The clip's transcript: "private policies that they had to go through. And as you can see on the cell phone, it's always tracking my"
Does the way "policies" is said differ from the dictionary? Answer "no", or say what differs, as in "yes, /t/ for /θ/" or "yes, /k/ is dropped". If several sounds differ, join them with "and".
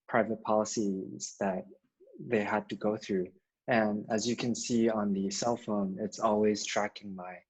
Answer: no